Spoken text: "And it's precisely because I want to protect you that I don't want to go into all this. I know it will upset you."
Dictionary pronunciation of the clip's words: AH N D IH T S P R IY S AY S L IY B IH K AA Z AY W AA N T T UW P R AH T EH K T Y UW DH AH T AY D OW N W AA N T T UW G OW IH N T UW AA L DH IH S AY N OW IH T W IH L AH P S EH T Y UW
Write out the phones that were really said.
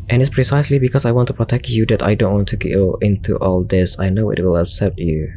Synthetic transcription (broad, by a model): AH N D IH T S P R IY S AY S L IY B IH K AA S AY W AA N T T UW P R AH T EH K T Y UW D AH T AY D OW N W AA N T T UW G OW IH N T UW AA L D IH S AY N OW IH T W IH L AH S EH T Y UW